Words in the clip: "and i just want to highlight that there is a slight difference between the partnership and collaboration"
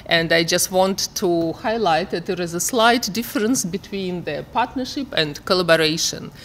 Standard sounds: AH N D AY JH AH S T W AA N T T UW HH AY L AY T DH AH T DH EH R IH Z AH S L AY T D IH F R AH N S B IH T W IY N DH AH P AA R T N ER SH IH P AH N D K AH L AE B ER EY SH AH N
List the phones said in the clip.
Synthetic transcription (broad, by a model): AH N D AY JH AH S T W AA N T T UW HH AY L AY T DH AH T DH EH R IH Z AH S L AY T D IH F R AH N S B IH T W IY N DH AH P AA R T N ER SH IH P AH N D K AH L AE B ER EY SH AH N